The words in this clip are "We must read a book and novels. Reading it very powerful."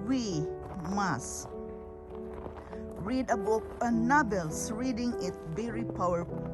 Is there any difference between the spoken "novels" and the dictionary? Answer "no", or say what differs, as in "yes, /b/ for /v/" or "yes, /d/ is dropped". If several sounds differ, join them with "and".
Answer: yes, /b/ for /v/ and /s/ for /z/